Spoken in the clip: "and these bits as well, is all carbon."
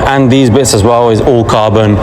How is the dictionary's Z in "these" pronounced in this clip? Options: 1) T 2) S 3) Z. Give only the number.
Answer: 3